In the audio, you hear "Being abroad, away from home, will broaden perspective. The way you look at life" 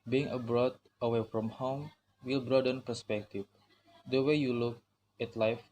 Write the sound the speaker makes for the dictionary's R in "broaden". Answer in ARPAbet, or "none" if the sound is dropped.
R